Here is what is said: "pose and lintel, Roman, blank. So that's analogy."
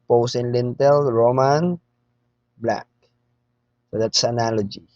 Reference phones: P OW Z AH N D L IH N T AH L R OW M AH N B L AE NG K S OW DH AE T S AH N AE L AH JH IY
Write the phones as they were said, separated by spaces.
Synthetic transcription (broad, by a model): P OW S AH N L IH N T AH L R OW M AH N B L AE K S OW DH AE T S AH N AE L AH JH IY